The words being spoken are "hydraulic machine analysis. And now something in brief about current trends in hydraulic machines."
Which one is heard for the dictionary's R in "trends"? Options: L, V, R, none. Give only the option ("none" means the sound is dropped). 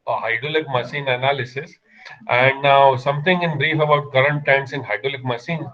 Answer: none